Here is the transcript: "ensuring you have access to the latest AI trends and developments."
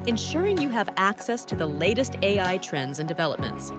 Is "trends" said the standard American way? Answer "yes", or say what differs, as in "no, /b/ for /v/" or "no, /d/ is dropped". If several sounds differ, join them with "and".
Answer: yes